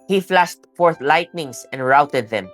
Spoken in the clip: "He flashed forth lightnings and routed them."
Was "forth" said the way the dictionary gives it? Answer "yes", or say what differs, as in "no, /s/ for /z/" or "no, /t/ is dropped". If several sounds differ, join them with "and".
yes